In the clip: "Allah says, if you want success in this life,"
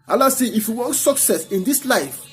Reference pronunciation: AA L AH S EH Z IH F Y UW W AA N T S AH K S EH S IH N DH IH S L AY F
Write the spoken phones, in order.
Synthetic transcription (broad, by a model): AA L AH S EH IH F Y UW W AA N T S AH K S EH S IH N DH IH S L AY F